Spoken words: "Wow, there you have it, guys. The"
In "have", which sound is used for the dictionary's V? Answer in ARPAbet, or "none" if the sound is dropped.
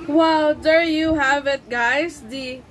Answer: V